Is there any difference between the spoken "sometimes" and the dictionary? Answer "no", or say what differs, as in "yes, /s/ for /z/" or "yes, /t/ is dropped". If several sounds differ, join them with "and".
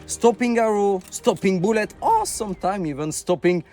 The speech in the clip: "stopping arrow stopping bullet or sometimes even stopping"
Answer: yes, /z/ is dropped